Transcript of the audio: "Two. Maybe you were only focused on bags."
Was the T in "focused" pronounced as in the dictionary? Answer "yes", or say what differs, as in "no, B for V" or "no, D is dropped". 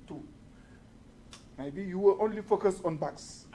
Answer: no, T is dropped